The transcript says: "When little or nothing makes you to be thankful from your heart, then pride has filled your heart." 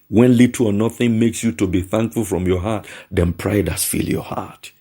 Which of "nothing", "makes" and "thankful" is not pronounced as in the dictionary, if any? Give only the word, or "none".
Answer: none